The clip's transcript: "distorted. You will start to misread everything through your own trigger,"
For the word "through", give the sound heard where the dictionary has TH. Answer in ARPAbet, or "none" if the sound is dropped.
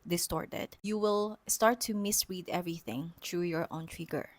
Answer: T